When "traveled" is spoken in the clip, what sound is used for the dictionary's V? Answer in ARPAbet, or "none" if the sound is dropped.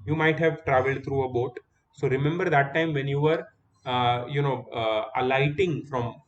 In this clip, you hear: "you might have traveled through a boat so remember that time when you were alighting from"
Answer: V